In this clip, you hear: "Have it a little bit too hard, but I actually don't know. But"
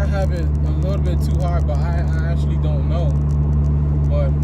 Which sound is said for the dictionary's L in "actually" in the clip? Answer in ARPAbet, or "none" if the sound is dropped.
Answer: L